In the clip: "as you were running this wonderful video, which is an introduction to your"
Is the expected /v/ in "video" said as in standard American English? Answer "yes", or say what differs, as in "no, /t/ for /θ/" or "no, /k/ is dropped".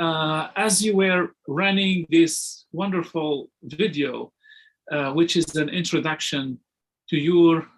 yes